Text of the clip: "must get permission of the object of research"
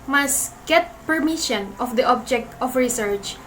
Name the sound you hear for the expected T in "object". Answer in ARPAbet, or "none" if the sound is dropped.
T